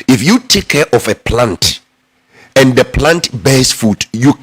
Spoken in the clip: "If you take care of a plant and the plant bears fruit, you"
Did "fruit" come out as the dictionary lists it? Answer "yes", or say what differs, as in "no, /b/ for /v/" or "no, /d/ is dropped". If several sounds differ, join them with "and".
no, /ɹ/ is dropped